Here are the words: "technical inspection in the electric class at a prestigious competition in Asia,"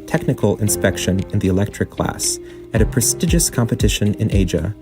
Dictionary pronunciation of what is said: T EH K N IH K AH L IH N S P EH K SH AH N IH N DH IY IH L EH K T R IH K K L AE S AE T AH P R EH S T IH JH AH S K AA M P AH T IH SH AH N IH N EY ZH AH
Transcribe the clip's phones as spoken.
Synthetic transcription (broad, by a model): T EH K N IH K L IH N S P EH K SH AH N IH N DH IY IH L EH K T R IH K K L AE S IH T AH P R EH S T IH JH AH S K AA M P AH T IH SH AH N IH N EY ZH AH